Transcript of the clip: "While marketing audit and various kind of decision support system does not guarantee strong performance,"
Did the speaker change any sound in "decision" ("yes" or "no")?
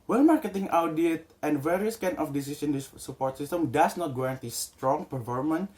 yes